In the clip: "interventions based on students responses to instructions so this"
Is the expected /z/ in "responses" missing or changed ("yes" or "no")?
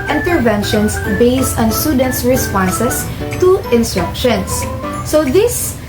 yes